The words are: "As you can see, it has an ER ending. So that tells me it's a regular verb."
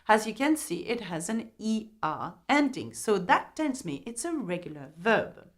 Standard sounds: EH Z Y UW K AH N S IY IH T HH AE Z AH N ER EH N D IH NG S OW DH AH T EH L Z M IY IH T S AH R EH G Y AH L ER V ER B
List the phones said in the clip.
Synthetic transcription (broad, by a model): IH Z Y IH K AH N S IY IH T HH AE Z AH N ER EH N D IH NG S OW DH AH T EH N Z M IY IH T S AH R EH G Y L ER V ER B